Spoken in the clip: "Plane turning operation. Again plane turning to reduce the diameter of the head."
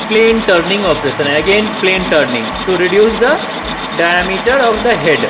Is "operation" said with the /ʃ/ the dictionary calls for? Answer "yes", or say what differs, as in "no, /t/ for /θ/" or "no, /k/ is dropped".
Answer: no, /s/ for /ʃ/